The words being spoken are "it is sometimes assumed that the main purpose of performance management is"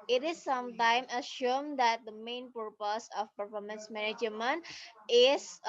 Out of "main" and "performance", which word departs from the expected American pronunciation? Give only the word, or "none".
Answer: none